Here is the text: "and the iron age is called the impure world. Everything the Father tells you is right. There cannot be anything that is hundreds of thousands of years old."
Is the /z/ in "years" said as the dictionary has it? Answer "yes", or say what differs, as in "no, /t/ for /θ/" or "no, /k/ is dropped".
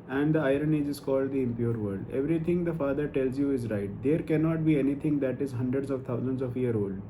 no, /z/ is dropped